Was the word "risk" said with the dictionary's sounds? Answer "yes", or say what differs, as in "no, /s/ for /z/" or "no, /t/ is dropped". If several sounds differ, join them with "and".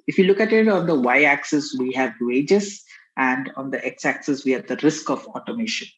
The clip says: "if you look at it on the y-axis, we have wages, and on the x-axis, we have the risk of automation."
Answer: yes